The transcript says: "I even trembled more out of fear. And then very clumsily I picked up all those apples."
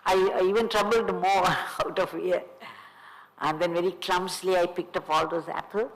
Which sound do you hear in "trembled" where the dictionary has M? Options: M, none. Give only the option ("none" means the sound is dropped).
none